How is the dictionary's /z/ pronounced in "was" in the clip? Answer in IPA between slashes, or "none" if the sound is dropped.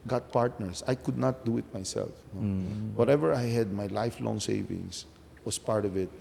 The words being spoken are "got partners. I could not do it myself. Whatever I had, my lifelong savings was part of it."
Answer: /s/